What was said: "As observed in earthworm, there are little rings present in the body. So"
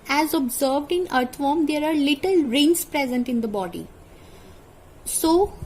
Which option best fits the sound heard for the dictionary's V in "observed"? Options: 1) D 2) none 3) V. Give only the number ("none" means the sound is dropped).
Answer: 3